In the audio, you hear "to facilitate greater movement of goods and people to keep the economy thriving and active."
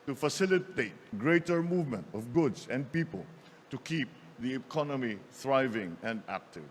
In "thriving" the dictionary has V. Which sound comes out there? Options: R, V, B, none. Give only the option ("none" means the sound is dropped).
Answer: V